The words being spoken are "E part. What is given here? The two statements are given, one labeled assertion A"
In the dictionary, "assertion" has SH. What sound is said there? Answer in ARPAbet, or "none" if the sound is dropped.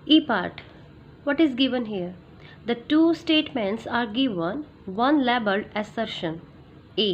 SH